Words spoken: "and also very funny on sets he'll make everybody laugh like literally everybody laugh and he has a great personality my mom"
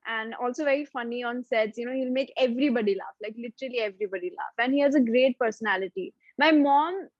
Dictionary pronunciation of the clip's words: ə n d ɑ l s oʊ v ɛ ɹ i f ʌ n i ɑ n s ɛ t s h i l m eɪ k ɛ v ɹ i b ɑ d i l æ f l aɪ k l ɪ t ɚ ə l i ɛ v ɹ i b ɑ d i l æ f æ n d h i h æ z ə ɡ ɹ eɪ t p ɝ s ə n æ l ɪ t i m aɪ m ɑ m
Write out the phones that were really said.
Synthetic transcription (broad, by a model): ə n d ɑ l s oʊ v ɛ ɹ i f ʌ n i ɑ n s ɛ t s h i l m eɪ k ɛ v ɹ i b ɑ d i l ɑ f l aɪ k l ɪ t ɚ ə l i ɛ v ɹ i b ɑ d i l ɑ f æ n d h i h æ z ə ɡ ɹ eɪ t p ɝ s ə n æ l ɪ t i m aɪ m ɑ m